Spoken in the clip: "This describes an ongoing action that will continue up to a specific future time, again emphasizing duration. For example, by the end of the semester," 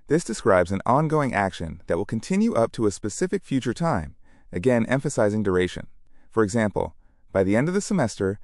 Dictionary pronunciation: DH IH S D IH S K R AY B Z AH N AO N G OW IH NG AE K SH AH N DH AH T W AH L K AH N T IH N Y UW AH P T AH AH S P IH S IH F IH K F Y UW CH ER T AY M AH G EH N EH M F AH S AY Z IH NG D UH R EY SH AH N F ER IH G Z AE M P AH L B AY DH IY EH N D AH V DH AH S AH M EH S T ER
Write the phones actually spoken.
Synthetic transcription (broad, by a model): DH IH S D IH S K R AY B Z AH N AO N G OW IH NG AE K SH AH N DH AH T W AH L K N T IH N Y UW AH P T AH AH S P IH S IH F IH K F Y UW CH ER T AY M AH G EH N EH M F AH S AY Z IH NG D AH R EY SH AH N F ER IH G Z AE M P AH L B AY DH IY EH N D AH V DH AH S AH M EH S T ER